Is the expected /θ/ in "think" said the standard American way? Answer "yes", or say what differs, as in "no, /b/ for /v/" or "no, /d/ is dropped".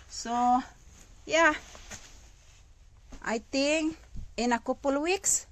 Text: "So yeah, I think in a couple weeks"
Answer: no, /t/ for /θ/